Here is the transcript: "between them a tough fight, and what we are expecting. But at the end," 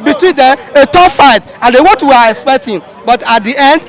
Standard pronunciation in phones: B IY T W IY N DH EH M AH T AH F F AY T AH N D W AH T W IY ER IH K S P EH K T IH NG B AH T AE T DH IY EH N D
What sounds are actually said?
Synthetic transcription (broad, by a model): B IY T W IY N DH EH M AH T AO P F AY T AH N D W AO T W IY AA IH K S P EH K T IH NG B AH T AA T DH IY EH N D